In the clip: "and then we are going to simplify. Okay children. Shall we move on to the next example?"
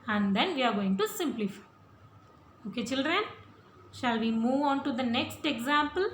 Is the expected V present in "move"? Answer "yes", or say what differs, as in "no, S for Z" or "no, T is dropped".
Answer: yes